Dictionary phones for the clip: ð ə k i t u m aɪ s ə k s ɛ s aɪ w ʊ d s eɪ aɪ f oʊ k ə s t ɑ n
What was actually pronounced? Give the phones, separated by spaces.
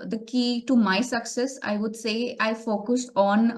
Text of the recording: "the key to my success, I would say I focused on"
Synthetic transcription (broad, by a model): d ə k i t u m aɪ s ə k s ɛ s aɪ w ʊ d s eɪ aɪ f oʊ k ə s ɑ n